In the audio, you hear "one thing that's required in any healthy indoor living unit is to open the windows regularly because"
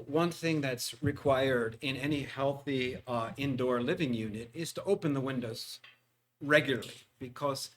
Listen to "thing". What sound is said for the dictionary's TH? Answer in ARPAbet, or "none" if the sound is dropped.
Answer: TH